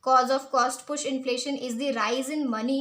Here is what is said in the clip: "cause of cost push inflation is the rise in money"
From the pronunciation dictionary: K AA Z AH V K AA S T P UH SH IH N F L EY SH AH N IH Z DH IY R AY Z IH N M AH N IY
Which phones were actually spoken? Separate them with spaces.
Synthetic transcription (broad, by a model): K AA Z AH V K AA S T P UH SH IH N F L EY SH AH N IH Z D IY R AY Z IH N M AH N IY